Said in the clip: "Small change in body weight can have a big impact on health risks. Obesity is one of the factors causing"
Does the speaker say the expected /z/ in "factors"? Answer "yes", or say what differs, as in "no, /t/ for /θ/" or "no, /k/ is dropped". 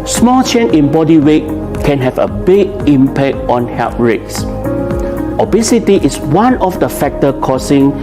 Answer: no, /z/ is dropped